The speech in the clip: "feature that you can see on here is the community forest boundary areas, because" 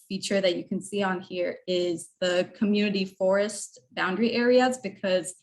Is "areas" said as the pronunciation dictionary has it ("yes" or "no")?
yes